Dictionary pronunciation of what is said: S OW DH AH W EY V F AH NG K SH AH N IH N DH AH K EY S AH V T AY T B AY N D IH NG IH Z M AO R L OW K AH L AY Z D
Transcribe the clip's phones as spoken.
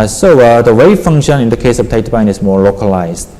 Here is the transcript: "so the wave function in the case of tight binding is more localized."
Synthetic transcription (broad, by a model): S OW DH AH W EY F AH NG K SH AH N IH N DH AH K EY S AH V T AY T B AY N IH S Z M AO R L OW K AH L AY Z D